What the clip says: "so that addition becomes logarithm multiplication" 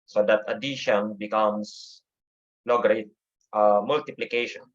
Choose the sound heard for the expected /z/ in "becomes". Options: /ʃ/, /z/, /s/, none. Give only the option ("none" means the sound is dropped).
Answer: /s/